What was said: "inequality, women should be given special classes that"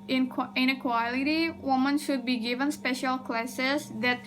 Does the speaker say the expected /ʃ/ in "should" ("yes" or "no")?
yes